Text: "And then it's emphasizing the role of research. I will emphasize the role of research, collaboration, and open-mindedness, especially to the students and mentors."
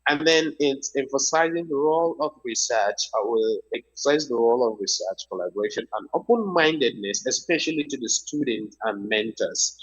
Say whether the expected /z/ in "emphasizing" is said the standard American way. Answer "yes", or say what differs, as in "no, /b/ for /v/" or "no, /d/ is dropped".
yes